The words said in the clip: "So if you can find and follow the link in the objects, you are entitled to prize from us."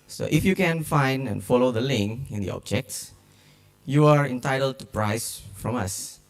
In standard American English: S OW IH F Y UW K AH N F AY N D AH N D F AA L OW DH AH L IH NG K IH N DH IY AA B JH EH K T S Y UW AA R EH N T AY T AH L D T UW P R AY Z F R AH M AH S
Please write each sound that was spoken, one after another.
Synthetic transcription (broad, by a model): S OW IH F Y UW K AH N F AY N D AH N F AA L OW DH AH L IH NG K IH N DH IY AA B JH EH K T S Y UW AA R EH N T AY T AH L D T UW P R AY S F R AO M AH S